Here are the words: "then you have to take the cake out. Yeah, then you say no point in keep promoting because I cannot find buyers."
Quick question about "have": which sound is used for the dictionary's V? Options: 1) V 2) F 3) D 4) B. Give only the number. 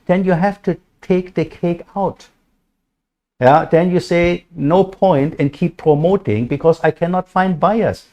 2